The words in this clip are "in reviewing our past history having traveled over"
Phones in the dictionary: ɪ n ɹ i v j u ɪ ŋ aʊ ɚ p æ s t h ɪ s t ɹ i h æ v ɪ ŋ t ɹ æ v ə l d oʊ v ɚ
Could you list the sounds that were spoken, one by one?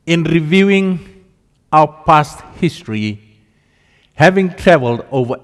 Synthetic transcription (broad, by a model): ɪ n ɹ i v j u ɪ ŋ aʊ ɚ p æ s t h ɪ s t ɹ i h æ v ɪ ŋ t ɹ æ v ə l d oʊ v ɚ